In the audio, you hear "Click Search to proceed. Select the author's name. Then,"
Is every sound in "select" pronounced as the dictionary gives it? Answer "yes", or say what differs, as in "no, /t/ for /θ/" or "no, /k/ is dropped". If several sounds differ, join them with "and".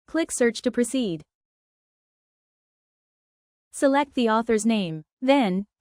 yes